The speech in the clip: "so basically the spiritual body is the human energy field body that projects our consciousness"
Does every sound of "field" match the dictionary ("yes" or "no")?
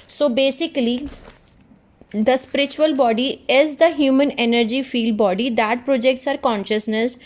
yes